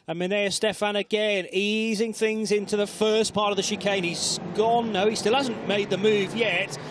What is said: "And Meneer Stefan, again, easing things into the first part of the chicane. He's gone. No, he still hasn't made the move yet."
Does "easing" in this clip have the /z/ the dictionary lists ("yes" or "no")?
yes